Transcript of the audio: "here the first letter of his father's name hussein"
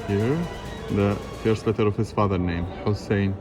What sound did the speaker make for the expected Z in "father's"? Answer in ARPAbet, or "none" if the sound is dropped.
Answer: none